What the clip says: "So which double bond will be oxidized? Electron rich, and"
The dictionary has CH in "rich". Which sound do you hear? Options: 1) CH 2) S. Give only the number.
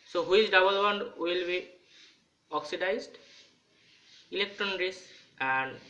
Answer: 2